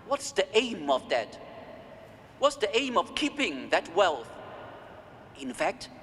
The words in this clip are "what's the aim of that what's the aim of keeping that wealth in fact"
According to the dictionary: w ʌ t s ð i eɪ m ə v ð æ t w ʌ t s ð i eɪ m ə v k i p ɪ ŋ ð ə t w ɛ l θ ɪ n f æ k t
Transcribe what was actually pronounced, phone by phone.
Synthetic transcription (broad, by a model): w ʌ t s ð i eɪ m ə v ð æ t w ʌ t s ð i eɪ m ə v k i p ɪ ŋ ð ə t w ɛ l θ ɪ n f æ k t